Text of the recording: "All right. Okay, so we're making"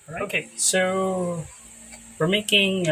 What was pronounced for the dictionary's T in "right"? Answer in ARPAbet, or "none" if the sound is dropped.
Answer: none